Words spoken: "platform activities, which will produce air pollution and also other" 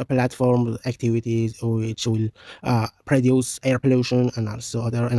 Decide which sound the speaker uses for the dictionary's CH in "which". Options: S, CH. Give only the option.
S